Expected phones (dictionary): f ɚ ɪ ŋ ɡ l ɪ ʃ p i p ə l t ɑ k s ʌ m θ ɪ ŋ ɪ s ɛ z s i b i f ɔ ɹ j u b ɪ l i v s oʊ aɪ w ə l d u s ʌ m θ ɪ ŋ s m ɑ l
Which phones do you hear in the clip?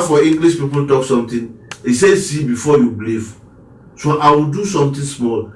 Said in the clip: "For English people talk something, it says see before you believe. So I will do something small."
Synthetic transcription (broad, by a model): f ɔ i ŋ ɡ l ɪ s p i p ə l t ɑ k s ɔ m t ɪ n ɪ s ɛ s i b i f ɔ j u b l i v s oʊ aɪ w ə l d u s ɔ m t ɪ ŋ s m ɑ l